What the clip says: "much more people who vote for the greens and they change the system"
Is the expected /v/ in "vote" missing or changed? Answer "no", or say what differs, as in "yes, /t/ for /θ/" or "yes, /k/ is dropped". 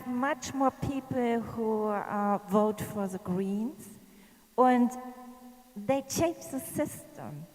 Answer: no